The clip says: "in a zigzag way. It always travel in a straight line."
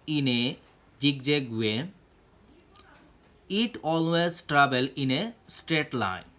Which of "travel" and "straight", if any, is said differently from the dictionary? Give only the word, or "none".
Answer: travel